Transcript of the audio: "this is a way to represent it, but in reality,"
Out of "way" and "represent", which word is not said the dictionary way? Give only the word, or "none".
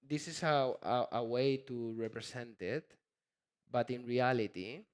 represent